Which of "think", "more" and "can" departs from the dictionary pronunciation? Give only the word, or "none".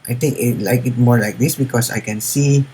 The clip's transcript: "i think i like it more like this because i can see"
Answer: think